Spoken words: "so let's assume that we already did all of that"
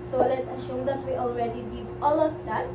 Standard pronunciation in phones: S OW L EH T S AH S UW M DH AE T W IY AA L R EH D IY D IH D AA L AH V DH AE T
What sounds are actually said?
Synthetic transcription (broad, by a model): S OW L EH T S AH SH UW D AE T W IY AA L R EH D IY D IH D AA L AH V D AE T